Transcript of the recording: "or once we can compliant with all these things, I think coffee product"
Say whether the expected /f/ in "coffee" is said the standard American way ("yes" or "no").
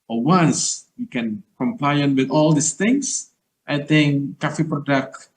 yes